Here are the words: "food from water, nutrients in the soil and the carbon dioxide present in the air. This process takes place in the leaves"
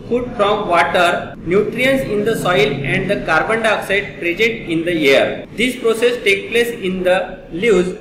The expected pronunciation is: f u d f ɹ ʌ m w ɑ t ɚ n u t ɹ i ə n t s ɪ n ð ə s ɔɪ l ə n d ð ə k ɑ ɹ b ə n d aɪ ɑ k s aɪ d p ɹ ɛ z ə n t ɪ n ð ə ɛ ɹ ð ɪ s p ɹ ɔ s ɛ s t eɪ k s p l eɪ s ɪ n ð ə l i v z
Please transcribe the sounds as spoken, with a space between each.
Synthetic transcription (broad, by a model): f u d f ɹ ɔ m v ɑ t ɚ n u t ɹ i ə n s ɪ n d ə s ɔɪ l ə n d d ə k ɑ ɹ b ə n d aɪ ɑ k s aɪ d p ɹ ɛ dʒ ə t ɪ n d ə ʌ ɹ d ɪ s p ɹ ɔ s ɛ s t eɪ k p l eɪ s ɪ n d ə l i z